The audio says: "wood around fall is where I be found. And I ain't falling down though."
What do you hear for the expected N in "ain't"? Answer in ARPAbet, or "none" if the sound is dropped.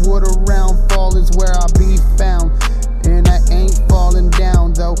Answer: N